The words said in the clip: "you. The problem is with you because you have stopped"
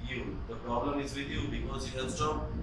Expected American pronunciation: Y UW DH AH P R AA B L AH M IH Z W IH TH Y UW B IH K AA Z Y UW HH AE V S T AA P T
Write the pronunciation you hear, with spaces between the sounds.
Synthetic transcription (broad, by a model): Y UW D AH P R AA B L AH M IH Z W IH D Y UW B IH K AA Z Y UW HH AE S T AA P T